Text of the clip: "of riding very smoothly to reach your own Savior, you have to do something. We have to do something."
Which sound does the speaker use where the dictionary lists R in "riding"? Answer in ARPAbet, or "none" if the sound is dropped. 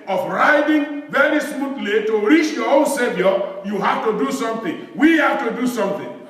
R